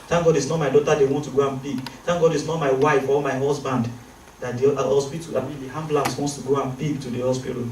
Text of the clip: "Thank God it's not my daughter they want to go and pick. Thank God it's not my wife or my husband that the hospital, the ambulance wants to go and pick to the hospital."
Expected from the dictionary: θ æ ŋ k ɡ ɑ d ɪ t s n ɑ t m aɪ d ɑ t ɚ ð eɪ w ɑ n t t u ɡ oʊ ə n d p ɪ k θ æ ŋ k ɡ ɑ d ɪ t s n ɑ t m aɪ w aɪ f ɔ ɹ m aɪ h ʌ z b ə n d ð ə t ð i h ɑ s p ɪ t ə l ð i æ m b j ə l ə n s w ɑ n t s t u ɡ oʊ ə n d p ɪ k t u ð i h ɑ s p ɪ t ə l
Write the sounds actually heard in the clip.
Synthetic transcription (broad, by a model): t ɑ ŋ ɡ ɑ d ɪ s n ɑ t m aɪ d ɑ t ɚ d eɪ w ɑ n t t u ɡ oʊ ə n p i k t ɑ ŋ ɡ ɑ d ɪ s n ɑ t m aɪ w aɪ f ɔ l m aɪ h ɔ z b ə n d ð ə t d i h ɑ s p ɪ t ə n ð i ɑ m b l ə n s w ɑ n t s t u ɡ oʊ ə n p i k t u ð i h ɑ s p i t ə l